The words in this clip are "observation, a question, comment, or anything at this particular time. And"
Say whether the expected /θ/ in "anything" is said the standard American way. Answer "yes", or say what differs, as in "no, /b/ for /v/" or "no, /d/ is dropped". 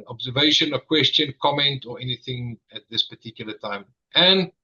yes